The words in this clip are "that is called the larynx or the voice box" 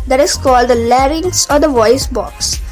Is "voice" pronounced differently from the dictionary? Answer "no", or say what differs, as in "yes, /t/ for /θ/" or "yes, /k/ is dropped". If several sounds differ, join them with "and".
no